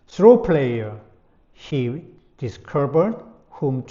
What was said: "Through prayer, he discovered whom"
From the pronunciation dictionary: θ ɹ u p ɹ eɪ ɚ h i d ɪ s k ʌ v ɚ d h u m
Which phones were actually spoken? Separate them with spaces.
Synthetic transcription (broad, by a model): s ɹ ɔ p l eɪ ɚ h i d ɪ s k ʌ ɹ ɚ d h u m